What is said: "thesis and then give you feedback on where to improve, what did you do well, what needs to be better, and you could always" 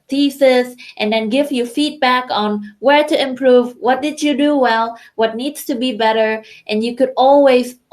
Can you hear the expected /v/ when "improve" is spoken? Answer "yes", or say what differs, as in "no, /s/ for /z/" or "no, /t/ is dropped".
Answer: yes